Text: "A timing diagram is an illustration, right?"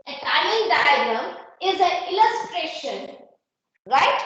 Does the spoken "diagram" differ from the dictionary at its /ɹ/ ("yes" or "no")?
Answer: yes